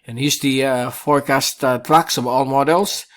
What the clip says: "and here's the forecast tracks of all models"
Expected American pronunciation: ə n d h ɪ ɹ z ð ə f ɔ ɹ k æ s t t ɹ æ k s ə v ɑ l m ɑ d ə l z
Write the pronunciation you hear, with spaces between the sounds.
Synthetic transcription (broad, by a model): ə n h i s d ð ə f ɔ ɹ k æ s t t l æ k s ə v ɑ l m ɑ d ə l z